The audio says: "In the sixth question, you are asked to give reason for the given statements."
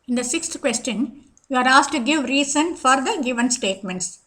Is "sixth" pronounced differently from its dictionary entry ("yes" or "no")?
yes